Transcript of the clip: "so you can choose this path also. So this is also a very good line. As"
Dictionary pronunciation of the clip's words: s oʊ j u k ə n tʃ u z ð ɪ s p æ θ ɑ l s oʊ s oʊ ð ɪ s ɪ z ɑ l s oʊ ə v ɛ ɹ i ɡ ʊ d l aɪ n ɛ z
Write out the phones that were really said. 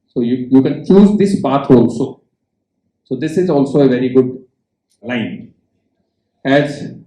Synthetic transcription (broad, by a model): s oʊ j u k ə n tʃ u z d ɪ s b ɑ t ɑ l s oʊ s oʊ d ɪ s ɪ z ɑ l s oʊ ə v ɛ ɹ i ɡ ʊ d l aɪ n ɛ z